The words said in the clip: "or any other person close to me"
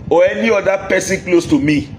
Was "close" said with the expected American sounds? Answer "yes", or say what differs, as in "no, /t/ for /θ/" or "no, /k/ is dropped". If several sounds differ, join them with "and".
yes